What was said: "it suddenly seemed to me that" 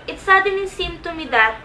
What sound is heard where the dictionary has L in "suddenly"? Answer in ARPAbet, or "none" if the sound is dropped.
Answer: none